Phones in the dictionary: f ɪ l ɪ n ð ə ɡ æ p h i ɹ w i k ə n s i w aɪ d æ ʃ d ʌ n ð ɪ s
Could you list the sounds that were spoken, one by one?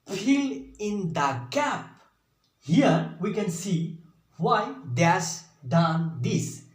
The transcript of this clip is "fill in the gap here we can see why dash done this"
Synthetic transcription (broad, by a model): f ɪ l ɪ n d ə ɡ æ p h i ɹ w i k ə n s i w aɪ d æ s d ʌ n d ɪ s